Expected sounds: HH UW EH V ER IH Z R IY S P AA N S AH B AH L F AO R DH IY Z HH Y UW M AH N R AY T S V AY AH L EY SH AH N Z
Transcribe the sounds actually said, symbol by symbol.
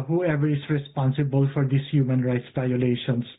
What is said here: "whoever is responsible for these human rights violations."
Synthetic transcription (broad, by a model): HH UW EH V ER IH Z R IY S P AA N S AH B AH L F AO R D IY S HH Y UW M AH N R AY T S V AY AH L EY SH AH N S